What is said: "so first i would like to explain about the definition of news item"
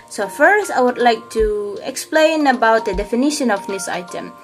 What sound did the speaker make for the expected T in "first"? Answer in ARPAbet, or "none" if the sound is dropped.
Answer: T